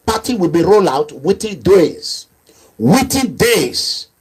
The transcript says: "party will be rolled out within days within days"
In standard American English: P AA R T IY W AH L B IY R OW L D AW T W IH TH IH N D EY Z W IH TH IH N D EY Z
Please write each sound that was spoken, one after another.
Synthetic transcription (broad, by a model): P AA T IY W AH L B IY R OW L AW T W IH T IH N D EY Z W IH T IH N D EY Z